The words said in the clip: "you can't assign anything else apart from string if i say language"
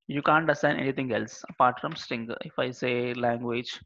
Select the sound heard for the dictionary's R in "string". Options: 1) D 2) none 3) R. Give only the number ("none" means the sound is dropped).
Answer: 2